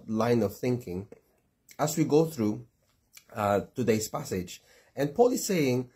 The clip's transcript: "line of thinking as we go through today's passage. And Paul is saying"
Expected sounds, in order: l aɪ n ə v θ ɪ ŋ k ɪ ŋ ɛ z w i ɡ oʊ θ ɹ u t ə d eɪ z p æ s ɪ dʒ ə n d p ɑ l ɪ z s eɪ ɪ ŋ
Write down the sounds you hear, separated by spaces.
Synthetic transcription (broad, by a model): l aɪ n ə v θ ɪ ŋ k ɪ ŋ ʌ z w i ɡ oʊ θ ɹ u t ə d eɪ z p æ s ɪ dʒ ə n p ɑ l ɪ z s eɪ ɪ ŋ